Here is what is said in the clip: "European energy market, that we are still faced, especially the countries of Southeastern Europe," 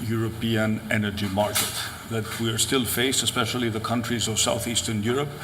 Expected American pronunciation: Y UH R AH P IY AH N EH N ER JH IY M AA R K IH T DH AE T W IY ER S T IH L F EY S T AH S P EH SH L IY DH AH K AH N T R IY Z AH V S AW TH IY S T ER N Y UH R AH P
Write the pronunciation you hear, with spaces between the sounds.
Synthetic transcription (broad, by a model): Y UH R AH P IY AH N EH N ER JH IY M AA R K IH T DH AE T W IY ER S T IH L F EY S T AH S P EH SH L IY DH AH K AH N T R IY Z AH V S AW TH IY S T ER N Y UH R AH P